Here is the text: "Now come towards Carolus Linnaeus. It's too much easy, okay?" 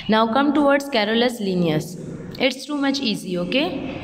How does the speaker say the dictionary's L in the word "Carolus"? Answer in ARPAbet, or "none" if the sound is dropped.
L